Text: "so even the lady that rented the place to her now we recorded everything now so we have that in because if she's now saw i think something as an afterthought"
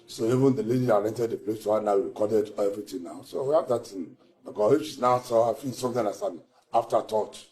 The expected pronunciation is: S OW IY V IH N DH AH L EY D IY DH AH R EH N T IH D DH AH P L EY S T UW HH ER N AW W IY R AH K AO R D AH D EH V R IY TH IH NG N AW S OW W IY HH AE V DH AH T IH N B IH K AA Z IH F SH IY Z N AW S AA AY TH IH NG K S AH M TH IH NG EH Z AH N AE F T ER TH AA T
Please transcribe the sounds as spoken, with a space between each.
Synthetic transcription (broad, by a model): S OW IY V IH N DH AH L EY D IY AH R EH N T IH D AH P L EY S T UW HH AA N AW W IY K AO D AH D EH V R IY T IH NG N AW S OW W IY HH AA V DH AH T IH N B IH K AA IH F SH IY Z N AW S AA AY S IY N S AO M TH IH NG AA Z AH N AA F T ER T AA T